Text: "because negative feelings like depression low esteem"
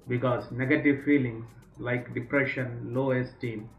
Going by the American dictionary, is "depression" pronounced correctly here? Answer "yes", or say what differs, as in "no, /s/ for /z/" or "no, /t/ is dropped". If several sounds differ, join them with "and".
yes